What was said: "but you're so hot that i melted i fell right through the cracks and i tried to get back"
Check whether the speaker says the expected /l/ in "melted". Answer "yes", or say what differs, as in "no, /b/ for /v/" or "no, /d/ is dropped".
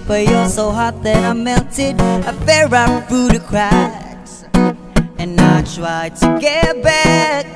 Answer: no, /n/ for /l/